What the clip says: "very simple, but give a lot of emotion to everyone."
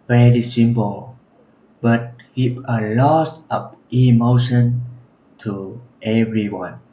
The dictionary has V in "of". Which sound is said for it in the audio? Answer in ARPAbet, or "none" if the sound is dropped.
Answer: P